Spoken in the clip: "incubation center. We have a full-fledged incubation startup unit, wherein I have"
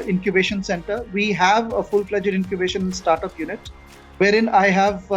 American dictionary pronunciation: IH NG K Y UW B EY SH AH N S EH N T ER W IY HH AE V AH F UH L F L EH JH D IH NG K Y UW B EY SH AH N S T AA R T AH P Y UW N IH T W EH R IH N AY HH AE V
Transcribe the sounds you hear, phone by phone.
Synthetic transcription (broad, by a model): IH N K Y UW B EY SH AH N S EH N T ER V IY HH AE V AH F UH L P L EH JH D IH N K Y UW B EY SH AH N S T AA R T AH P Y UW N IH T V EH R IH N AY HH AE V